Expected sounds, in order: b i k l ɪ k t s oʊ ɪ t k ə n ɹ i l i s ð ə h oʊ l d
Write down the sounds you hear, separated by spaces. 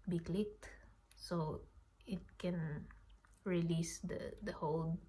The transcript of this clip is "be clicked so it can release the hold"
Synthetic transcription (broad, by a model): b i k l ɪ k t s oʊ ɪ t k ə n ɹ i l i s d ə h oʊ l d